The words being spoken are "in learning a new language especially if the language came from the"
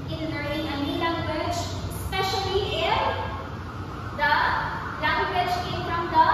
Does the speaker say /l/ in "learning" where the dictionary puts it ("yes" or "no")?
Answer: no